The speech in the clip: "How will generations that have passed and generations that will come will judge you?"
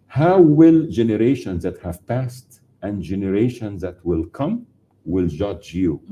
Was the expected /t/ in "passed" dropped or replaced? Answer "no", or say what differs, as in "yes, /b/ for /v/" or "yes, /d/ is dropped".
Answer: no